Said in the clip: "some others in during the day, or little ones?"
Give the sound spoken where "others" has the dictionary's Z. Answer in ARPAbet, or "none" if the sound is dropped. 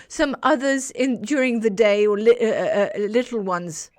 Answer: Z